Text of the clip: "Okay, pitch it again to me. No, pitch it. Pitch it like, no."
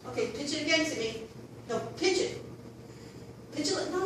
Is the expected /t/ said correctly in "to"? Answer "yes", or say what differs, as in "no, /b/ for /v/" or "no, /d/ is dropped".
no, /s/ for /t/